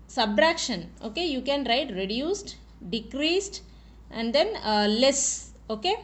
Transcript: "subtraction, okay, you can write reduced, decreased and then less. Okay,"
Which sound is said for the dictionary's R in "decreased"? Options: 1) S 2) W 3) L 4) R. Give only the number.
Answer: 4